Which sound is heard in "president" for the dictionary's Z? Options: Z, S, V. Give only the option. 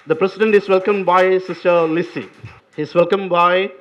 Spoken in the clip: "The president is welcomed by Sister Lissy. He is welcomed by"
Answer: S